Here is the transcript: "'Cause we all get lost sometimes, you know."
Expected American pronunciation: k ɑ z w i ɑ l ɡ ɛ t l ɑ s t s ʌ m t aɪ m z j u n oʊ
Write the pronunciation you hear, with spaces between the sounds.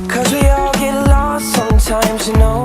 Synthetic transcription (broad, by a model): k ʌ z w i ɑ l ɡ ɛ t l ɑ t s ʌ m t aɪ m z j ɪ n oʊ